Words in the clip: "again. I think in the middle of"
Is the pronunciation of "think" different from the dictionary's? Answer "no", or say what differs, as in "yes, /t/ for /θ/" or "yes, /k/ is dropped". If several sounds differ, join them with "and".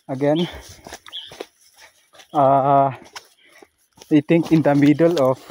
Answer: yes, /t/ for /θ/